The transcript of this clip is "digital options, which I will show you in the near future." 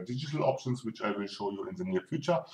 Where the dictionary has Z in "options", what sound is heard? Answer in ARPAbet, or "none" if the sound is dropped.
S